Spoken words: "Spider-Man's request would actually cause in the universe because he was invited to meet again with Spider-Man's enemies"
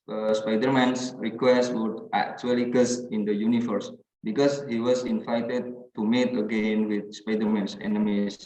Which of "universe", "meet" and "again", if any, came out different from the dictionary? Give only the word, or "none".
universe